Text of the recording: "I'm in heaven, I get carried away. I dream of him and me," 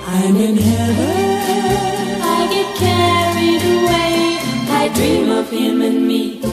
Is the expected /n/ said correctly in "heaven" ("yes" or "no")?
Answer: no